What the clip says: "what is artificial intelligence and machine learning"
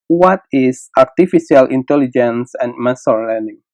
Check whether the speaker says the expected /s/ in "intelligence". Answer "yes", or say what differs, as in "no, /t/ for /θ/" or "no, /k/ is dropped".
yes